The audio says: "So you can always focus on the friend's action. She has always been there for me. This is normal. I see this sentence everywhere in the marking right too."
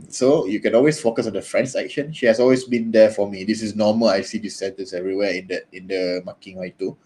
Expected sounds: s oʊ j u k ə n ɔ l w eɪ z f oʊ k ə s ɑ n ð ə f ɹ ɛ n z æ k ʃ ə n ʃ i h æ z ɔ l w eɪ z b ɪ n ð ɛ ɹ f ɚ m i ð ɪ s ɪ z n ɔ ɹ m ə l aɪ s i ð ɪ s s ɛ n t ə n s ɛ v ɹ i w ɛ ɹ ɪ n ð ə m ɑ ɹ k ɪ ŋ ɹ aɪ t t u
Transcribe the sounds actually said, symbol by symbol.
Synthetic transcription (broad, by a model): s oʊ j u k ə n ɔ l w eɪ s f oʊ k ə s ɑ n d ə f ɹ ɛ n s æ k ʃ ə n ʃ i h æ s ɔ l w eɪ s b ɪ n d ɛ f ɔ m i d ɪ s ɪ s n ɔ m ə l aɪ s i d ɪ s s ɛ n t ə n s ɛ v ɹ i w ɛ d ɪ n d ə m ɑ k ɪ ŋ w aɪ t t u